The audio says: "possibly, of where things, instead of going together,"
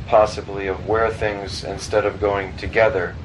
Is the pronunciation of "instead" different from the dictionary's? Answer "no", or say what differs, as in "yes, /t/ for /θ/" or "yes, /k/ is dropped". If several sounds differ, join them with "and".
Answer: no